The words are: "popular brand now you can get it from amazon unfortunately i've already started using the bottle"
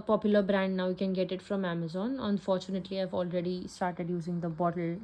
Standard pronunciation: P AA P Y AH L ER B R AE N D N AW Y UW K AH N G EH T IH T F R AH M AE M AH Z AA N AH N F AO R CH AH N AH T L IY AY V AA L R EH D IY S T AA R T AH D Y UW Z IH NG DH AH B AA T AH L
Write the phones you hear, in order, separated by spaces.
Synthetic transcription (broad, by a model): P AA P Y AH L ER B R AE N D N AW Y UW K AH N G EH T IH T F R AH M AE M AH Z AA N AH N F AO R CH AH N AH T L IY AY V AA L R EH D IY S T AA R T AH D Y UW Z IH NG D AH B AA T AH L